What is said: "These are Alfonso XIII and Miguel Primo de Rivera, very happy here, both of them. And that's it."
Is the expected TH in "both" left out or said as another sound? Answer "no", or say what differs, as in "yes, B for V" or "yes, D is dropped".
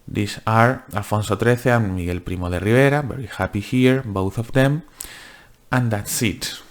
no